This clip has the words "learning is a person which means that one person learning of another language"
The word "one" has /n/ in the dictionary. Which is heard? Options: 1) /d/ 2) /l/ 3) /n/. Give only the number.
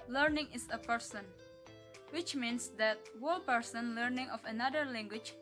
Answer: 2